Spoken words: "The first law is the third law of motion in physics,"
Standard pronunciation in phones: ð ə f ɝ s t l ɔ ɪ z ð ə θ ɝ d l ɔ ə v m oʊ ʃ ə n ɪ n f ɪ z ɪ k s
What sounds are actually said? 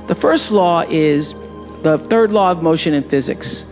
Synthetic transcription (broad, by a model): ð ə f ɝ s t l ɔ ɪ z ð ə θ ɝ d l ɔ ə v m oʊ ʃ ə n ɪ n f ɪ z ɪ k s